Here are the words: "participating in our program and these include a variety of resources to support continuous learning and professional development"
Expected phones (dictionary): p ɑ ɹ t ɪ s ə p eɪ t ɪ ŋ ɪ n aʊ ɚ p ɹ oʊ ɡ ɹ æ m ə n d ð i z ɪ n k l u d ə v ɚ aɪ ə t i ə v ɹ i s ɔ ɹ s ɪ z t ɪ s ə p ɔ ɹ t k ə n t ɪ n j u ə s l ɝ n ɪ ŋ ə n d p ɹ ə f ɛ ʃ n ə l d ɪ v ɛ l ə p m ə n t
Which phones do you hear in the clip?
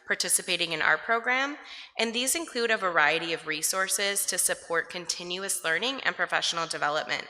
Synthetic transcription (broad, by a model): p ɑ ɹ t ɪ s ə p eɪ t ɪ ŋ ɪ n aʊ ɚ p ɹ oʊ ɡ ɹ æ m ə n ð i z ɪ n k l u d ə v ɚ aɪ ə t i ə v ɹ i s ɔ ɹ s ɪ z t ɪ s ə p ɔ ɹ t k ə n t ɪ n j u ə s l ɝ n ɪ ŋ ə n p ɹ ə f ɛ ʃ n l d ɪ v ɛ l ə p m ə n t